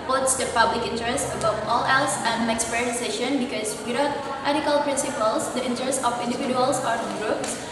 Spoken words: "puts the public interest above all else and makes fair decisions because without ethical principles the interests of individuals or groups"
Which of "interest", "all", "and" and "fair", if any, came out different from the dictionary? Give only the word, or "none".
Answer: fair